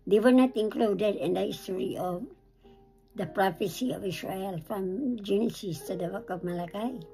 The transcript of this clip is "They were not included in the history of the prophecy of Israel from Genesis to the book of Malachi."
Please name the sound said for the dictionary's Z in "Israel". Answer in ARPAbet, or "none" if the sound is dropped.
S